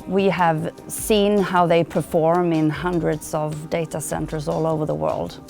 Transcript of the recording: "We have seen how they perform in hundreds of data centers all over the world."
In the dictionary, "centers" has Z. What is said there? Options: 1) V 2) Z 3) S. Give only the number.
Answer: 2